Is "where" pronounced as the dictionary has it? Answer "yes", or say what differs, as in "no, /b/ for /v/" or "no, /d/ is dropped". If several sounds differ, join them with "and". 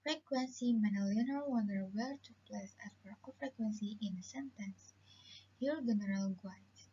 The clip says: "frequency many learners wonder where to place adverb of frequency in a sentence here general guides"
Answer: no, /l/ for /ɹ/